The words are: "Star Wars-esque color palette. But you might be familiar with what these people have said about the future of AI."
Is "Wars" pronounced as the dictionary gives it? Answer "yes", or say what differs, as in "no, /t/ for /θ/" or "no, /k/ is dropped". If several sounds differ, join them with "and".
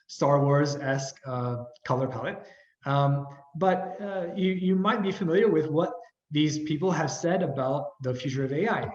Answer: yes